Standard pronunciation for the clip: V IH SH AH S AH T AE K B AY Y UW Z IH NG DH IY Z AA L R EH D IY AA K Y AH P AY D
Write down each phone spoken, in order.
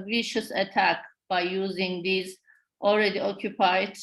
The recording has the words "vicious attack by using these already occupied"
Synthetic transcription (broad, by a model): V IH SH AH S AH T AE K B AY Y UW Z IH NG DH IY Z AA L R EH D IY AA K Y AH P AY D